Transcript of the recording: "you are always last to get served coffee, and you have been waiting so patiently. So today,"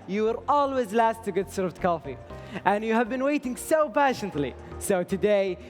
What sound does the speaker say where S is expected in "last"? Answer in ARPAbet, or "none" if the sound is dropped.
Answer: S